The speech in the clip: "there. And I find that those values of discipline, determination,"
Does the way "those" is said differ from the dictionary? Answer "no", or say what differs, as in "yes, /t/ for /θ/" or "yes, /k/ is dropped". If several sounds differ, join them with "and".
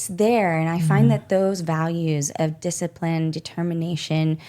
no